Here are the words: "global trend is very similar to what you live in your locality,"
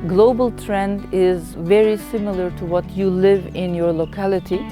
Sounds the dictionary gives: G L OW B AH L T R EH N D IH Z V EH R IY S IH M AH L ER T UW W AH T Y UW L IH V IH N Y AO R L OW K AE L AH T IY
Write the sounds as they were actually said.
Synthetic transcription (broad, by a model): G L OW B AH L T R EH N D IH Z V EH R IY S IH M AH L ER T UW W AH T Y UW L IH V IH N Y AO R L OW K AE L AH T IY